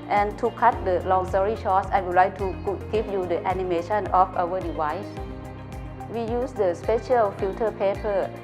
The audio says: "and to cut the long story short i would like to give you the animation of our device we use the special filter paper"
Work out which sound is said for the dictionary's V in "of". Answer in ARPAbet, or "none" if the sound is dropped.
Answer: F